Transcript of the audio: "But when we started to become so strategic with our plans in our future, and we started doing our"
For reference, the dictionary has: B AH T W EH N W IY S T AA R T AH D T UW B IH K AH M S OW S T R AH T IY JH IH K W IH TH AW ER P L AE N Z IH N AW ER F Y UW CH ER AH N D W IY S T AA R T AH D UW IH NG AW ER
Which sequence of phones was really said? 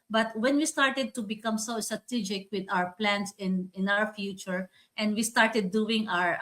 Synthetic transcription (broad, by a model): B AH T W EH N W IY S T AA R T AH D T UW B IH K AH M S OW S T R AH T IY JH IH K W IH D AW ER P L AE N S IH N AW ER F Y UW CH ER AH N D W IY S T AA R T AH D UW IH NG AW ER